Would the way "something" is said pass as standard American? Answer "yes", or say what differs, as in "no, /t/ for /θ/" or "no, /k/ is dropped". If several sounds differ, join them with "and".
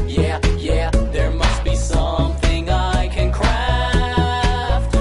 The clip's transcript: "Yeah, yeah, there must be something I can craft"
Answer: yes